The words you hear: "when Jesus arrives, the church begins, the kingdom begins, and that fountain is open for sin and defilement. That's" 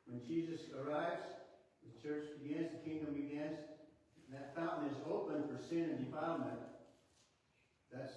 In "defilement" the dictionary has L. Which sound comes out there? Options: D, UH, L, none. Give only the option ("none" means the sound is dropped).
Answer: none